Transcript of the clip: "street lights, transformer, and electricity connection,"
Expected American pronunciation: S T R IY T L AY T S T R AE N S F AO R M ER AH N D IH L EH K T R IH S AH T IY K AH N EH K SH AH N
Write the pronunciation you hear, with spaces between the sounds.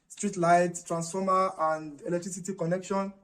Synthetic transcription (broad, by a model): S T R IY T L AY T T R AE N S F AO M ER AH N D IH L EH K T R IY S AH T IY K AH N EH K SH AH N